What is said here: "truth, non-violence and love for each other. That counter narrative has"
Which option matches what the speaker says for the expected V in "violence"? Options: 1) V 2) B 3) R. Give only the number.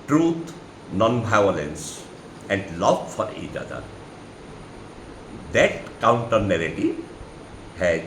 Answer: 2